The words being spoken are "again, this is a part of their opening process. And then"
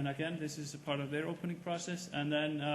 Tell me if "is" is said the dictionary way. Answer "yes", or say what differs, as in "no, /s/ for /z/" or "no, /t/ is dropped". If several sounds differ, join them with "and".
yes